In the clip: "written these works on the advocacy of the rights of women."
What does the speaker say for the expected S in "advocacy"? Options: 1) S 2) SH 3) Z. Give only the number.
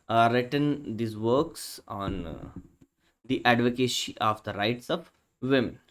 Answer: 2